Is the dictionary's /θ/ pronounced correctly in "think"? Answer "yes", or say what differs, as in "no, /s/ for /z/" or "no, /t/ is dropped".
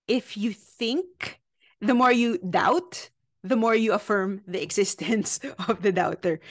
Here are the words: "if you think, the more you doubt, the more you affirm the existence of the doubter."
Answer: yes